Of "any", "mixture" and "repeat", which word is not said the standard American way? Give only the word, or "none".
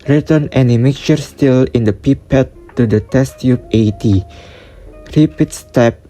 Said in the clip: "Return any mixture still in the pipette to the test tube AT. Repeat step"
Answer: mixture